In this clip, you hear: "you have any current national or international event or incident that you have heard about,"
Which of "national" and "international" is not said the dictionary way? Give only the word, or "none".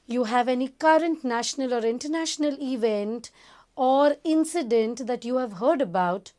none